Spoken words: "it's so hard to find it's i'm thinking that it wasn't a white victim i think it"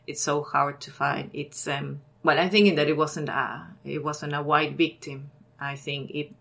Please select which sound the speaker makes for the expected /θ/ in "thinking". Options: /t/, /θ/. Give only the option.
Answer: /θ/